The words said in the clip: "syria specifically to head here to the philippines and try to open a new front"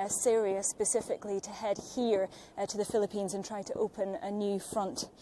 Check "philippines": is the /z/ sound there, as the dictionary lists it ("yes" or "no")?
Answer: yes